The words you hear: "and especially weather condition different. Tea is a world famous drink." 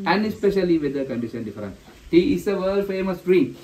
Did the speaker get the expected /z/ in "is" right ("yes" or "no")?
no